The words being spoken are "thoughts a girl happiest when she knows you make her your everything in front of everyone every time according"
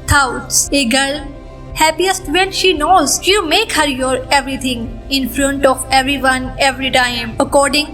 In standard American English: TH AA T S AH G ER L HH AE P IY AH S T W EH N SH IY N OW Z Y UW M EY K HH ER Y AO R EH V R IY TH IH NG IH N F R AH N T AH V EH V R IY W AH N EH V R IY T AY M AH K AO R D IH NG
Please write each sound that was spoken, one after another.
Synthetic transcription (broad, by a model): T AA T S AH G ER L HH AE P IY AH S T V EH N SH IY N OW Z Y UW M EY K HH ER Y AO R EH V R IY T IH NG IH N F R AH N T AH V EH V R IY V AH N EH V R IY T AY M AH K AO R D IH NG